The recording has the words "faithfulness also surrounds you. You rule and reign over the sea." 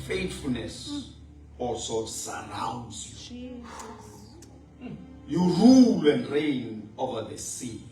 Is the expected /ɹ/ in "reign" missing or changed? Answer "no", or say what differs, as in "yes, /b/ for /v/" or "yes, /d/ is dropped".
no